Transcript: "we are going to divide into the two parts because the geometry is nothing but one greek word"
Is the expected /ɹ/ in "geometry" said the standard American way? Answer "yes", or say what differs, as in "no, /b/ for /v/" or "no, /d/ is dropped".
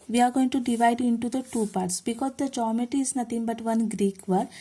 no, /ɹ/ is dropped